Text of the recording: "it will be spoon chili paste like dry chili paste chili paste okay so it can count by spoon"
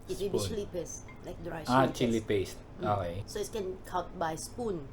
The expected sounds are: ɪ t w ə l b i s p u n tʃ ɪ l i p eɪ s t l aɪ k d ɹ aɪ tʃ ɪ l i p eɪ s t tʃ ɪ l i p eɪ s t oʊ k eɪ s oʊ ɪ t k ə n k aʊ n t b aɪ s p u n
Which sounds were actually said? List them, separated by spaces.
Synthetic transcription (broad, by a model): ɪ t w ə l b i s l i p eɪ s t l aɪ k d ɹ aɪ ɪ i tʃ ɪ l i p eɪ s t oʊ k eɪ s oʊ ɪ t k ə n k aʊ t b aɪ s p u n